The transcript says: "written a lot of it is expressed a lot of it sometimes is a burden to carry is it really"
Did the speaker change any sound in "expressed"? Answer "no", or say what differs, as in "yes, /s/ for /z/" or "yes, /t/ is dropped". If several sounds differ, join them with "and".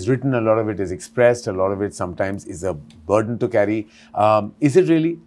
no